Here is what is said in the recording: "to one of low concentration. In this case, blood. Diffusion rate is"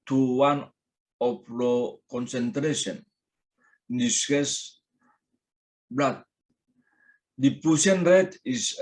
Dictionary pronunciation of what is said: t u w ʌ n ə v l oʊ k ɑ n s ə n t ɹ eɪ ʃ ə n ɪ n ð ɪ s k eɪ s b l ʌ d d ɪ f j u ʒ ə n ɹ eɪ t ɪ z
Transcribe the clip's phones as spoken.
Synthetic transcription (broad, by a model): t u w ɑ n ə p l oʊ k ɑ n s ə n t ɹ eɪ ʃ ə n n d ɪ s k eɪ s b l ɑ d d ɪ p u s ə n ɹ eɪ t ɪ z